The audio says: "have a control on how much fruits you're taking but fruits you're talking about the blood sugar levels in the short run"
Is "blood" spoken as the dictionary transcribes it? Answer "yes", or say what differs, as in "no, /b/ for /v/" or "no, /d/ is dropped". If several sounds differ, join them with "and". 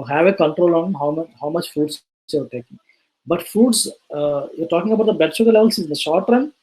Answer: no, /l/ is dropped